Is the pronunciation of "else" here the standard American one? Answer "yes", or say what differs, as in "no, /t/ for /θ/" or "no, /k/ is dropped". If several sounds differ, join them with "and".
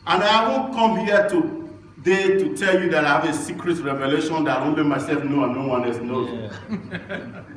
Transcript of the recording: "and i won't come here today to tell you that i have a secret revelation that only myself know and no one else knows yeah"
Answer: no, /l/ is dropped